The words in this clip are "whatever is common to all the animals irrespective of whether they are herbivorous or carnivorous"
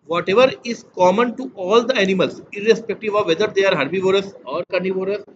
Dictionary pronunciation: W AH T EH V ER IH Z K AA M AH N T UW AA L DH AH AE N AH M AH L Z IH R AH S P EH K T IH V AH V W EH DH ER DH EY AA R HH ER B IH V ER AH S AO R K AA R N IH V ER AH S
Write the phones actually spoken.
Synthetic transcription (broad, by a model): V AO T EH V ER IH Z K AA M AH N T UW AA L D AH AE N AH M AH L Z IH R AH S P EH K T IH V AH V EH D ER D EY AA R HH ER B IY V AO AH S AO R K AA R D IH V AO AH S